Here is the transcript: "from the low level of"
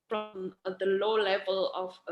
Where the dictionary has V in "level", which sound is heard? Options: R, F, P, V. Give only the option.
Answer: V